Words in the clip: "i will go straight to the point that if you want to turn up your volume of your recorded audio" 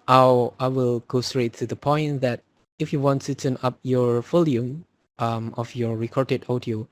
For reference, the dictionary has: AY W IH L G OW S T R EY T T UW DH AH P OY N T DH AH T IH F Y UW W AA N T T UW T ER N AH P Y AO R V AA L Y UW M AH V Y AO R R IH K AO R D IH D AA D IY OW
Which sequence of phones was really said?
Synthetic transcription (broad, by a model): AY W IH L G OW S T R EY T T UW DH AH P OY N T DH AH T IH F Y UW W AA N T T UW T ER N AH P Y AO R F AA L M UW M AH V Y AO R R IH K AO R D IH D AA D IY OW